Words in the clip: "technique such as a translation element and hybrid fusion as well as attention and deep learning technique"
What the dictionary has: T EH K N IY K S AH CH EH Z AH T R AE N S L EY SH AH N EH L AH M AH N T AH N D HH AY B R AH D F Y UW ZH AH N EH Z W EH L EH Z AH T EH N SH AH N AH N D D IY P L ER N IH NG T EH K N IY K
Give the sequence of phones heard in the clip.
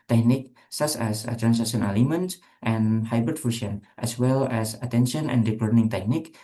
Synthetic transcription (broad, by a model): T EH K N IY K S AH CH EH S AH T R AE N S EY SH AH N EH L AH M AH N T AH N HH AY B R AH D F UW SH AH N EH S W EH L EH S AH T EH N SH AH N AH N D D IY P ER N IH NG T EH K N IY K